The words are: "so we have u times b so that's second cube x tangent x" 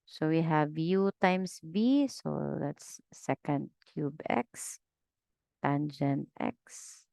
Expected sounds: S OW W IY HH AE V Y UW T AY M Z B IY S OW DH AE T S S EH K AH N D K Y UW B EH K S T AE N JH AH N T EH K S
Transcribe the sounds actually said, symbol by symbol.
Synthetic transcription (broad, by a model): S OW W IY HH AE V Y UW T AY M S B IY S OW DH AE T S S EH K AH N D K Y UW B EH K S T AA N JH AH N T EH K S